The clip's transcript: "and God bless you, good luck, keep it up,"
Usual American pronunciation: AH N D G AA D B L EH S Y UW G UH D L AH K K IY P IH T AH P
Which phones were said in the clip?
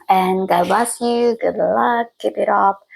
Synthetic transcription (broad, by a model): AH N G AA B AA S Y UW G UH D L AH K K IY P IH T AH P